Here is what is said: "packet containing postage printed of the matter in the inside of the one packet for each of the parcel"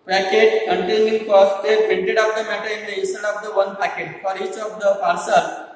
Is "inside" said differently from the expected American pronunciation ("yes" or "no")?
yes